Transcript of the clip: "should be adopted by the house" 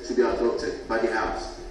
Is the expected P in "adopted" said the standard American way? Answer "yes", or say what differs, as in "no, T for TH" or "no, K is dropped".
no, P is dropped